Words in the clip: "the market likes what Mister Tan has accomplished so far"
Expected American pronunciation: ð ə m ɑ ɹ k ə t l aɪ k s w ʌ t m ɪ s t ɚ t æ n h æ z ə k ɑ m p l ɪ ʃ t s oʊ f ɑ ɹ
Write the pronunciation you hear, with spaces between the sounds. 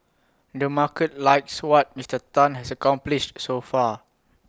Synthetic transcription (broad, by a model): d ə m ɑ k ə t l aɪ k s w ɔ t m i s t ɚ t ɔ n h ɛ s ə k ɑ m p l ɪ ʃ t s oʊ f ɑ